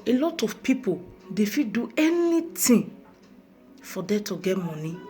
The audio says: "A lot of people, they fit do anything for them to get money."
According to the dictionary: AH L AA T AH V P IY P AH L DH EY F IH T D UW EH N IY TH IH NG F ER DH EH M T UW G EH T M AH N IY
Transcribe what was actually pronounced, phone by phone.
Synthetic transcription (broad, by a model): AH L AA T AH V P IY P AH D EY F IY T D UW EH N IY T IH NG F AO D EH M T UW G EH T M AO N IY